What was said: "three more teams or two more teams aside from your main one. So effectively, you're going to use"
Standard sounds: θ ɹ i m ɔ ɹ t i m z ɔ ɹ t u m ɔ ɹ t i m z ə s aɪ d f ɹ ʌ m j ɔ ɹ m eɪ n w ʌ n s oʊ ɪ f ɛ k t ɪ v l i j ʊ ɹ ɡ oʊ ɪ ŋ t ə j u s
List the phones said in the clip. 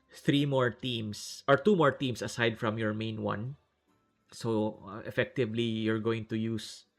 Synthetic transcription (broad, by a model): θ ɹ i m ɔ ɹ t i m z ɔ ɹ t u m ɔ ɹ t i m s ə s aɪ d f ɹ ʌ m j ɔ ɹ m eɪ n w ʌ n s oʊ ɪ f ɛ k t ɪ v l i j ʊ ɹ ɡ oʊ ɪ ŋ t ə j u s